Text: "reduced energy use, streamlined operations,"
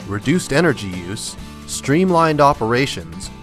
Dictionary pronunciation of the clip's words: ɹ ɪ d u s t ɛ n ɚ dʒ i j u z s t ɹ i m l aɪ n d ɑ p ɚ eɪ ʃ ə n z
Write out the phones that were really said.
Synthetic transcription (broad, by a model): ɹ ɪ d u s t ɛ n ɚ dʒ i j u z s t ɹ i m l aɪ n d ɑ p ɚ eɪ ʃ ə n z